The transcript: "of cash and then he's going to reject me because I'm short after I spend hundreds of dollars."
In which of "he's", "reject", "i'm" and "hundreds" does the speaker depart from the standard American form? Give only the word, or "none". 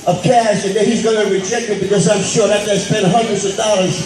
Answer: none